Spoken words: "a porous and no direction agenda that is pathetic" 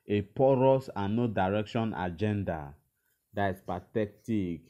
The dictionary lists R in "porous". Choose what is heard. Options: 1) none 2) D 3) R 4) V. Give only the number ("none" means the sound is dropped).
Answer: 3